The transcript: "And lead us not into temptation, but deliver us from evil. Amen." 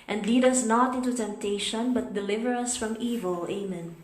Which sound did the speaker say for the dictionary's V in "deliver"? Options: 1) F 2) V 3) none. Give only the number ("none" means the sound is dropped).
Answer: 2